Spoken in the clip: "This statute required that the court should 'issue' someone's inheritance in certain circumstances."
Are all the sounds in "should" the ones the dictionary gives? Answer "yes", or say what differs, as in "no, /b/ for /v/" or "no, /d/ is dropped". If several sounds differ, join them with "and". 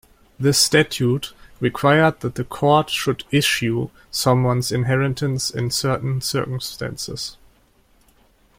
yes